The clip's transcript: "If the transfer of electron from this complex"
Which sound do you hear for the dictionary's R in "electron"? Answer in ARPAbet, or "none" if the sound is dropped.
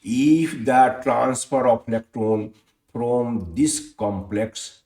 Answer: none